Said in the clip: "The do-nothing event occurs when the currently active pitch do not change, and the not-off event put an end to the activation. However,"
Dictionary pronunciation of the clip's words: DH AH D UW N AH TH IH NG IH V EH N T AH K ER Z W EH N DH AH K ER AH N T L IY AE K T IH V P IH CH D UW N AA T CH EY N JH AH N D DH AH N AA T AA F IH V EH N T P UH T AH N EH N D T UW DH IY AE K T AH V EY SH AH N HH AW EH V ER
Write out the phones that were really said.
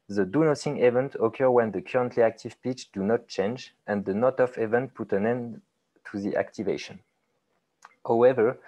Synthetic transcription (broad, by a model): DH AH D UW N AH S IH NG IH V EH N T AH K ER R W EH N DH AH K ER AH N T L IY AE K T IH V P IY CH D UW N AA T CH EY N JH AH N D DH AH N AA T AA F IH V EH N T P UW T AH N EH N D T UW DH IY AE K T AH V EY SH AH N HH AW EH V ER